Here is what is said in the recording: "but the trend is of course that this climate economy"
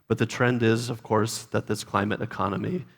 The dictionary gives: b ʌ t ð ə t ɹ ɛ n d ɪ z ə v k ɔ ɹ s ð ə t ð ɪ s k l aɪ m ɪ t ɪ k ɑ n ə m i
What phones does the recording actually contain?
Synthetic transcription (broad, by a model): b ʌ t ð ə t ɹ ɛ n d ɪ z ə v k ɔ ɹ s ð ə t ð ɪ s k l aɪ m ɪ t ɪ k ɑ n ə m i